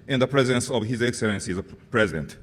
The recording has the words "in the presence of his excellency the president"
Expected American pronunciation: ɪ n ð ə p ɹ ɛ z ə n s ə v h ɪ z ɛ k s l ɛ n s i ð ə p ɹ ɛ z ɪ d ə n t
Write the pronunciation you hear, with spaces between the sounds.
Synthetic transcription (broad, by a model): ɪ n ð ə p ɹ ɛ z ə n s ə v h ɪ z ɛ k s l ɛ n s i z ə p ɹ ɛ z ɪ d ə n t